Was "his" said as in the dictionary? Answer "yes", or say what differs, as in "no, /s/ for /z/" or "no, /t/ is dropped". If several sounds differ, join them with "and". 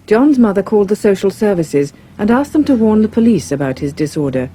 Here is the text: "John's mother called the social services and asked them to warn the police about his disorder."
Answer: yes